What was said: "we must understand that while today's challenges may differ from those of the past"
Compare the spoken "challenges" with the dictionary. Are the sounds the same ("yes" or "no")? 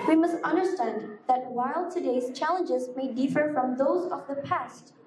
yes